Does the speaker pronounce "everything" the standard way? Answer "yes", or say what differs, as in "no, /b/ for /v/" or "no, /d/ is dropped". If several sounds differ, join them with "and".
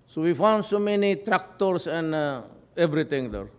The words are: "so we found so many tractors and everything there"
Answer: no, /t/ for /θ/